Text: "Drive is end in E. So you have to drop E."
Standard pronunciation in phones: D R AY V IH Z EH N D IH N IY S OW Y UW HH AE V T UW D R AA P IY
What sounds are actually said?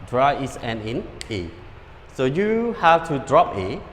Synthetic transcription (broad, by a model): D R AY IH S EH N IH N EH S OW Y UW HH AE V T UW D R AA P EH